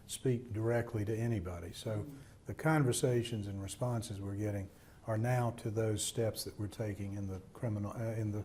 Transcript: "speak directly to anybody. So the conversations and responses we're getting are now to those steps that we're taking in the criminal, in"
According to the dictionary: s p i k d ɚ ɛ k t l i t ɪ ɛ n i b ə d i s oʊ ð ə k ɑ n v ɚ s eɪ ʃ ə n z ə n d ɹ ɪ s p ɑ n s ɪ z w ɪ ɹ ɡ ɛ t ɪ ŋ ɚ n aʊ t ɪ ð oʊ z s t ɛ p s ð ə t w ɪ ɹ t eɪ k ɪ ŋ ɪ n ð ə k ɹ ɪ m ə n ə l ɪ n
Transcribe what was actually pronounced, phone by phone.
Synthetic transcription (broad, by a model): s p i k d ɚ ɛ k t l i t ɪ ɛ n i b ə d i s oʊ ð ə k ɑ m v ɚ s eɪ ʃ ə n z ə n ɹ ɪ s p ɑ n s ɪ z w ɪ ɹ ɡ ɛ t ɪ ŋ ɚ n aʊ t ɪ ð oʊ z s t ɛ p s ð ə t w ɪ ɹ t eɪ k ɪ ŋ ɪ n ð ə k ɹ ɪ m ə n l ɪ n